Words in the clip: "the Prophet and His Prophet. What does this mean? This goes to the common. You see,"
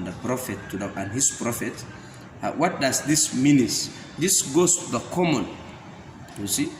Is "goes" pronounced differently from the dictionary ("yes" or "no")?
yes